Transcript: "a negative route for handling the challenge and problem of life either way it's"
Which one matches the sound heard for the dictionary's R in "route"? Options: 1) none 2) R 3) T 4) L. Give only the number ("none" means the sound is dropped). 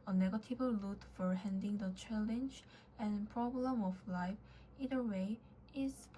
4